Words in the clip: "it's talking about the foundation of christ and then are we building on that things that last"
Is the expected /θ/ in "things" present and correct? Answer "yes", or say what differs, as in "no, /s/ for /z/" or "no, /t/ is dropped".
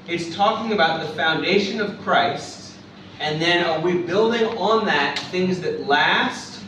yes